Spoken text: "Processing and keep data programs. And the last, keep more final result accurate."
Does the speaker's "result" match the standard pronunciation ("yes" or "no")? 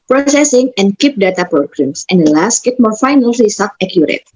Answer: no